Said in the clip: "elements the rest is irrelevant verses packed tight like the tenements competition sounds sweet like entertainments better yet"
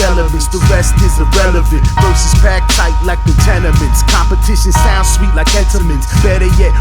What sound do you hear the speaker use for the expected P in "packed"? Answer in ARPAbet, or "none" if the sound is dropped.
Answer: B